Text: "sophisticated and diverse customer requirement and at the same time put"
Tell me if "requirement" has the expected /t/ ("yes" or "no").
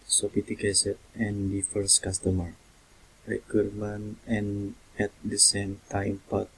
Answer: no